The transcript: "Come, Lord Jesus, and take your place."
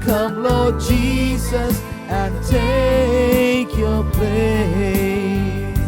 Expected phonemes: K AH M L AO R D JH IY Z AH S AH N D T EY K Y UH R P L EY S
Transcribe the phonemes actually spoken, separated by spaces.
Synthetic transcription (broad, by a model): K AH M L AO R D JH IY Z AH S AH N T EY K Y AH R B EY